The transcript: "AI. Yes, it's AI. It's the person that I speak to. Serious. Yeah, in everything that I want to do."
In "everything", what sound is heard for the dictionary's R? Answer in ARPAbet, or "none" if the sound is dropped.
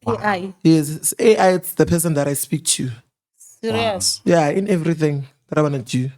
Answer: R